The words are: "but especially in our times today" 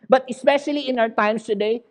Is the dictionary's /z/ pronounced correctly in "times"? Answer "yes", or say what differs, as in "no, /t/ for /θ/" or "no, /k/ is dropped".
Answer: no, /s/ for /z/